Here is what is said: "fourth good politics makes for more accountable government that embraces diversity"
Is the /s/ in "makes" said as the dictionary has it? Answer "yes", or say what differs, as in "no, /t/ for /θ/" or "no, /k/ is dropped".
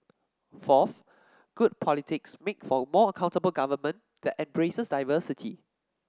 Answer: no, /s/ is dropped